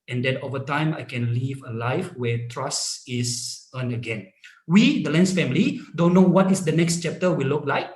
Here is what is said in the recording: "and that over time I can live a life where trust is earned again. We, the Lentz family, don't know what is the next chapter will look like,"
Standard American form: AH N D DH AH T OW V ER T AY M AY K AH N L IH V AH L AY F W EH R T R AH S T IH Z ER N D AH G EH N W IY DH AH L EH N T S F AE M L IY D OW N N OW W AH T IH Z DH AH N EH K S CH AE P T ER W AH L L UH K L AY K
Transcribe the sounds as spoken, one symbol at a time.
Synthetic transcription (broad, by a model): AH N D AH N OW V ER T AY M AY K AH N L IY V AH L AY F W EH T R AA S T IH S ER N AH G EH N W IY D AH L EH N S F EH M L IY D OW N N OW W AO T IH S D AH N EH K S CH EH P T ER W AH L L UH K L AY K